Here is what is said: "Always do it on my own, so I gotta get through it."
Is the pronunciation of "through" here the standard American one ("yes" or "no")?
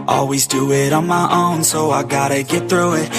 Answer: yes